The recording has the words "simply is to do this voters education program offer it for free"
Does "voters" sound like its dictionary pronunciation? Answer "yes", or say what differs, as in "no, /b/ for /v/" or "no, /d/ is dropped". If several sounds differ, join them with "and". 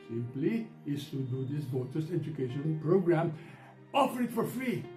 no, /s/ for /z/